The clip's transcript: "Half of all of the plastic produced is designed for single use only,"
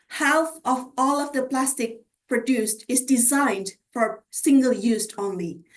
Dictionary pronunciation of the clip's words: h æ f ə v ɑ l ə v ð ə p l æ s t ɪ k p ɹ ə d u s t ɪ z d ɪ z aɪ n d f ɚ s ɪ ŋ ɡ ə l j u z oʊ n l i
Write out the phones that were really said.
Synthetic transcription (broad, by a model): h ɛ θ ə v ɑ l ə v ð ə p l æ s t ɪ k p ɹ ə d u s t ɪ z d ɪ z aɪ n d f ɚ s ɪ ŋ ɡ ə l j u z oʊ n l i